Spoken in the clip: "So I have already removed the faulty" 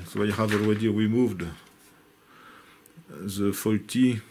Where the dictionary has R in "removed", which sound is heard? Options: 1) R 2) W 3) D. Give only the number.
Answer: 2